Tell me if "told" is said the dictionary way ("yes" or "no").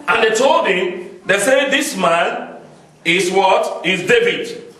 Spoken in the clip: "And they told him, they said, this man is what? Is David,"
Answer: yes